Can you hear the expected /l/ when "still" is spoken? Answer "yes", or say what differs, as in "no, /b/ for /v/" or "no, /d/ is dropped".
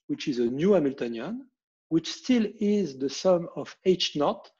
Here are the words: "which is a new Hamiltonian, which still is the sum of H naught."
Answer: yes